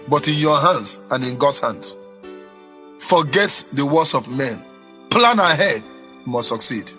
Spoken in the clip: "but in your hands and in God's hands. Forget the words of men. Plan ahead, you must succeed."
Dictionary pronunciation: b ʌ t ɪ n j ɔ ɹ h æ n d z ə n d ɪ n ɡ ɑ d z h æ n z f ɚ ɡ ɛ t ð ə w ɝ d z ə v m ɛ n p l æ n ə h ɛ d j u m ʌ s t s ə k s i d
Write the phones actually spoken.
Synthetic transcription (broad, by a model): b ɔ t ɪ n j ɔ h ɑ n d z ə n ɪ n ɡ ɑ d h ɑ n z f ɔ ɡ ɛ t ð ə w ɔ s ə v m ɛ n p l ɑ n ə h ɛ d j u m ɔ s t s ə k s i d